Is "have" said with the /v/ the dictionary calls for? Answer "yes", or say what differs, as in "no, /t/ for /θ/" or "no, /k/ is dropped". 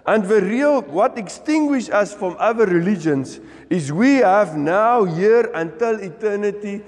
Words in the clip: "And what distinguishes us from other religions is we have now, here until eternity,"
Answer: yes